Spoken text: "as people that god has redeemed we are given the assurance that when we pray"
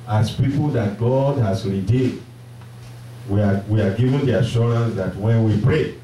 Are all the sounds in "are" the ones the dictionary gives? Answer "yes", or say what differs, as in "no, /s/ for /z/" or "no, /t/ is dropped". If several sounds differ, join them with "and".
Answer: no, /w/ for /ɹ/